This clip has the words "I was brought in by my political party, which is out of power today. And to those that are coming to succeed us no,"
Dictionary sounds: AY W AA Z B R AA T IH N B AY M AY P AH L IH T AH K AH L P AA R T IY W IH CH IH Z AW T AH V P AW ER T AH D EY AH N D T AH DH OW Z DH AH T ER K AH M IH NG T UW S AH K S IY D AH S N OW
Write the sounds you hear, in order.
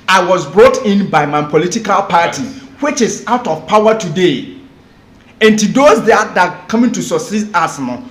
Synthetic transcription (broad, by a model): AY W AA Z B R AA T IH N B AY M AY P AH L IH T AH K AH L P AA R T IY W IH CH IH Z AW T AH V P AW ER T AH D EY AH N T AH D OW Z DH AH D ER K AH M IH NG T UW S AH S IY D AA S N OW